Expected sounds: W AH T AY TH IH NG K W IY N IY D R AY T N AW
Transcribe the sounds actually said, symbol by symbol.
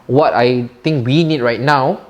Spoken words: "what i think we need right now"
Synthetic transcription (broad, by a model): W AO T AY T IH NG K W IY N IY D R AY T N AW